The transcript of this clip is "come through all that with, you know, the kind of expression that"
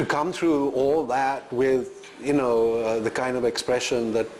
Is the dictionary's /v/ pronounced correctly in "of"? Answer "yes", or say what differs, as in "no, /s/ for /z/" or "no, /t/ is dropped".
yes